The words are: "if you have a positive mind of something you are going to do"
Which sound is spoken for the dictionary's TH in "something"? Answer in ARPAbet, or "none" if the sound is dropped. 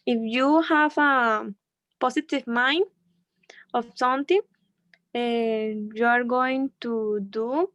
T